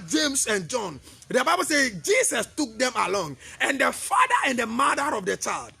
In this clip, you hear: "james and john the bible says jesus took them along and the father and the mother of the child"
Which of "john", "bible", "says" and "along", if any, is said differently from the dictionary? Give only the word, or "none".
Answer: says